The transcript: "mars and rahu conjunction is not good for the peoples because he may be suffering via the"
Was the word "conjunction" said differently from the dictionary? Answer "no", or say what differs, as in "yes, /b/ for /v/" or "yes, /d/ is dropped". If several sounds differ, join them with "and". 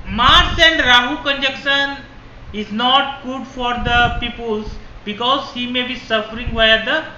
yes, /ŋ/ is dropped